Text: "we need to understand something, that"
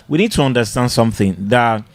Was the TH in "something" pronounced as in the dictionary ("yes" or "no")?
yes